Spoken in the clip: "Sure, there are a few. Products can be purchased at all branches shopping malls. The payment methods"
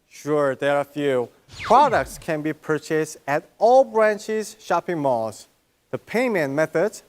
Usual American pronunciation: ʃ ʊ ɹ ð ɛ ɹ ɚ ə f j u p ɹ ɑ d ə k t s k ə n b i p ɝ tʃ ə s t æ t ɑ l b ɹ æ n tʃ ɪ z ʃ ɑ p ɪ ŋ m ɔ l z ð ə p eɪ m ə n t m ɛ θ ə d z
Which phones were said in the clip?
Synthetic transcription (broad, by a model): ʃ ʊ ɹ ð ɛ ɹ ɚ ə f j u p ɹ ɑ d ə k t s k ə n b i p ɝ tʃ ə s t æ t ɑ l b ɹ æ n tʃ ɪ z ʃ ɑ p ɪ ŋ m ɔ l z ð ə p eɪ m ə n m ɛ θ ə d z